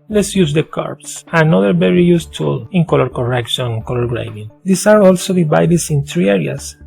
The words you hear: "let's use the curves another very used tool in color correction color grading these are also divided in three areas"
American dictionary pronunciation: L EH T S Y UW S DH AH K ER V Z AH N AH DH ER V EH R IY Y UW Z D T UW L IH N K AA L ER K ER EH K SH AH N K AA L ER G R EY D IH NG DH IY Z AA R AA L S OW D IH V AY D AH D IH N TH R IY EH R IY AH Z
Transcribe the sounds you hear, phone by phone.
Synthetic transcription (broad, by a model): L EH T S Y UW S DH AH K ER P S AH N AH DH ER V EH R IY Y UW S T UW L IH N K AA L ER K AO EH K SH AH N K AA L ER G R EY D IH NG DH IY S AA R AA L S OW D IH B AY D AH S IH N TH R IY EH R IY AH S